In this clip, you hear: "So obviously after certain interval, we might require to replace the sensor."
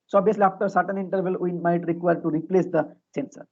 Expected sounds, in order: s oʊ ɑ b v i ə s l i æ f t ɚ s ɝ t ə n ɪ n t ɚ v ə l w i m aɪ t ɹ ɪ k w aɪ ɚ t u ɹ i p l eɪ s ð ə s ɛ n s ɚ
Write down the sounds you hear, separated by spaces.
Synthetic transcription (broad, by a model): s oʊ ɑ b i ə s l i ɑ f t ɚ s ɝ t ə n ɪ n t ɚ v ə l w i m aɪ t ɹ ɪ k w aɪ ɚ t u ɹ i p l eɪ s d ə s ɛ n s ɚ